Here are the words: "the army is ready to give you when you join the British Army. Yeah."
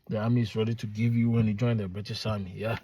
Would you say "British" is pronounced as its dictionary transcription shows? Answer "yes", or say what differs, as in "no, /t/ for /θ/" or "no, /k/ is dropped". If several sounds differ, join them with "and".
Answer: no, /s/ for /ʃ/